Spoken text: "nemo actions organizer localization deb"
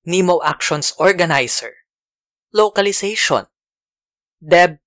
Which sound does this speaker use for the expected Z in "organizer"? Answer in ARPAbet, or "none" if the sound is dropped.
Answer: S